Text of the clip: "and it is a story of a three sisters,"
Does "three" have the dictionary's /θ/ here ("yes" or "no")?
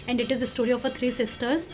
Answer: no